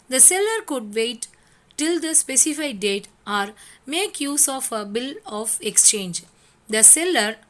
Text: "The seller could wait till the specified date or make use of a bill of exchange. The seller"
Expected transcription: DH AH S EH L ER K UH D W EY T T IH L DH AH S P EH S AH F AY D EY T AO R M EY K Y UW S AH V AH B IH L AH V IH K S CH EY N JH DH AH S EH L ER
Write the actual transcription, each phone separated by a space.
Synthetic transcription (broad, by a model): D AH S EH L ER K UH D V EY T T IH L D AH S P EH S AH F AY D EY T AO R M EY K Y UW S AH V AH B IH L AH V IH K S CH EY N JH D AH S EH L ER